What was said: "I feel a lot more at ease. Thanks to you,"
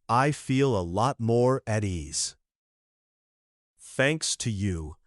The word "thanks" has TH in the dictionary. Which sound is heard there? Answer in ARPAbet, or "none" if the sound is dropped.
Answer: TH